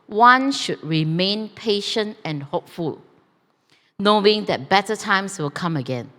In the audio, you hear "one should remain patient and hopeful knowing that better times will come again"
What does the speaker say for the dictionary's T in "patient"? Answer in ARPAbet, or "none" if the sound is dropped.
T